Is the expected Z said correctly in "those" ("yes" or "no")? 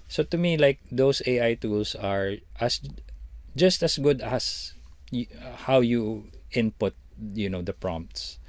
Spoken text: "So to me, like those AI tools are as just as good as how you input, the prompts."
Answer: no